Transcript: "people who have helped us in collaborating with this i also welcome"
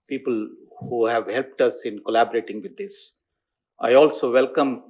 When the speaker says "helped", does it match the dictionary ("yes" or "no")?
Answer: yes